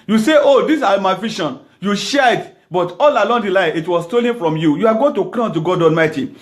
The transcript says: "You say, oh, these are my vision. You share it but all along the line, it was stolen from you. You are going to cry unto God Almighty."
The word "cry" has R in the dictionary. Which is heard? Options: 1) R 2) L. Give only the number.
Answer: 2